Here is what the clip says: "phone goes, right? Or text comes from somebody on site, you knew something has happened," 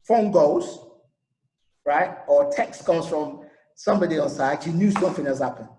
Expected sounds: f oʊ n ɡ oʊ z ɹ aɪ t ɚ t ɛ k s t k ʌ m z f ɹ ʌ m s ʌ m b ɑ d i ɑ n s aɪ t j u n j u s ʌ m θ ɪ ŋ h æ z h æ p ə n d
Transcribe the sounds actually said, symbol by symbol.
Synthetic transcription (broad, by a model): f oʊ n ɡ oʊ z ɹ aɪ t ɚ t ɛ k s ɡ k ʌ z f ɹ ʌ m s ʌ m b ɑ d i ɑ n s aɪ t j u n j u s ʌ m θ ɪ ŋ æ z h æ p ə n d